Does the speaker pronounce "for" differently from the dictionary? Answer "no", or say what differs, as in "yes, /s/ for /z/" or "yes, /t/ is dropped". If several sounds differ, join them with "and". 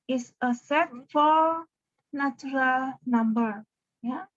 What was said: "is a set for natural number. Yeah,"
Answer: yes, /l/ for /ɹ/